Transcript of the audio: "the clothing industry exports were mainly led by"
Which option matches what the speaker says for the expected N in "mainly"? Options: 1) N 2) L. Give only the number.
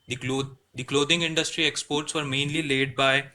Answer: 1